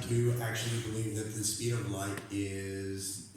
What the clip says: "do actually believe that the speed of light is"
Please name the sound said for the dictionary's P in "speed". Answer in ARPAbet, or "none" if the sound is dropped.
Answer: none